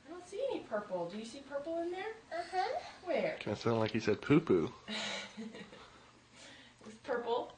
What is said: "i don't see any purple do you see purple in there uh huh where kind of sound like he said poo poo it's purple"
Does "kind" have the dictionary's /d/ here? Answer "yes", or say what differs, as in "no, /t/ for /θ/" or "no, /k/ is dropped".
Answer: no, /d/ is dropped